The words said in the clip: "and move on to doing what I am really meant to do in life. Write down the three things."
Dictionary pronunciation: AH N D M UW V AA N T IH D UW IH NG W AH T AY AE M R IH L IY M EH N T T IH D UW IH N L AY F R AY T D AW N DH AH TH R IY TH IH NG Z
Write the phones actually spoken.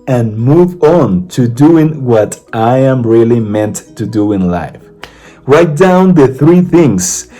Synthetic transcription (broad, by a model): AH N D M UW V AA N T IH D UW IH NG W AH T AY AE M R IH L IY M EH N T T IH D UW IH N L AY F R AY T D AW N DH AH TH R IY TH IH NG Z